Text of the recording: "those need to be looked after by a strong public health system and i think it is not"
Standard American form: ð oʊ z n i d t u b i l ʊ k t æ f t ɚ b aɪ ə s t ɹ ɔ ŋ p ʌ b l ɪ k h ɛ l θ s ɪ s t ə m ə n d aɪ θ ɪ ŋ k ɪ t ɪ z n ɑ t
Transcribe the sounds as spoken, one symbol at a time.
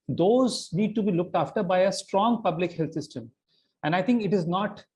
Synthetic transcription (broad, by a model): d oʊ z n i d t u b i l ʊ k t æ f t ɚ b aɪ ə s t ɹ ɔ ŋ p ʌ b l ɪ k h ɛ l t s ɪ s t ə m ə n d aɪ t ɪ ŋ k ɪ t ɪ z n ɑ t